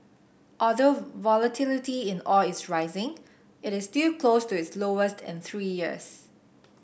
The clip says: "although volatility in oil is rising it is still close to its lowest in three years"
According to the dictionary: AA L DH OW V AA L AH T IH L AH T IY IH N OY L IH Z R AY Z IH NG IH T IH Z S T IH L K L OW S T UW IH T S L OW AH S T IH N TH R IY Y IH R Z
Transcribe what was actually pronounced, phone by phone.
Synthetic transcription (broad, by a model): AA L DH OW V AA L AH T IH L AH T IY IH N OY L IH S R AY Z IH NG IH T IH S T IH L K L OW S T UW IH T S L OW AH S T IH N TH R IY Y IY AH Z